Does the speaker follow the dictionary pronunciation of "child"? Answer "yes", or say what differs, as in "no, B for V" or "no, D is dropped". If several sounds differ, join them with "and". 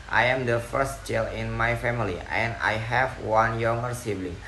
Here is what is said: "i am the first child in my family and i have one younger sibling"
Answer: no, D is dropped